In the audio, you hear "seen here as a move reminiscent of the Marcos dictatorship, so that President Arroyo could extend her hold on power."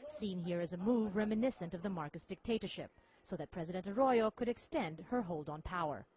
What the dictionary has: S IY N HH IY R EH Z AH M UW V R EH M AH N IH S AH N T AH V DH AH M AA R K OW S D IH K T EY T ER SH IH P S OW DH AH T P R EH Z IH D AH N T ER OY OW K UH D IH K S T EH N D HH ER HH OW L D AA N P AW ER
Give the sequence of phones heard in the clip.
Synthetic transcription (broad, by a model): S IY N HH IY R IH Z AH M UW V R EH M AH N IH S AH N T AH V DH AH M AA R K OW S D IH K T EY T ER SH IH P S OW DH AH T P R EH Z IH D AH N T ER OY OW K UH D IH K S T EH N D HH ER HH OW L D N P AW ER